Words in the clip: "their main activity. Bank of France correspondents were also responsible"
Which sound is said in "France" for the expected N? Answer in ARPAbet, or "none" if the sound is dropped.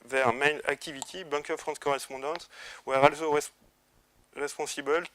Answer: none